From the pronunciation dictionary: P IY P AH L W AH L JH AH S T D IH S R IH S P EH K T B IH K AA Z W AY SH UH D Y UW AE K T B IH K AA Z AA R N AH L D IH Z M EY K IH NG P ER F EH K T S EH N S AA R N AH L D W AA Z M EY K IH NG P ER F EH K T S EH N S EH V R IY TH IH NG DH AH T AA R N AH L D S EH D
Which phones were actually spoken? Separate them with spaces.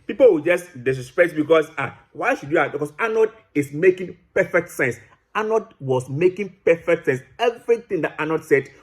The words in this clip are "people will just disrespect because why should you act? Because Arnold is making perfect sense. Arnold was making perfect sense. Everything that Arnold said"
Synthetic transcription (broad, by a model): P IY P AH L W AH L JH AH S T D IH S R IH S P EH T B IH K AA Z W AY SH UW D Y UW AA T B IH K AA S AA N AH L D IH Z M EY K IH NG P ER F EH K T S EH N S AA N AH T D W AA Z M EY K IH NG P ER F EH K T S EH N S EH V R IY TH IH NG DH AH T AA N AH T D S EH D